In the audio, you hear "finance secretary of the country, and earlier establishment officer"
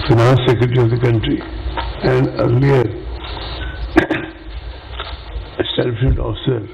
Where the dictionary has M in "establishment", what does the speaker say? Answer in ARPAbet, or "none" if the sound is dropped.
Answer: none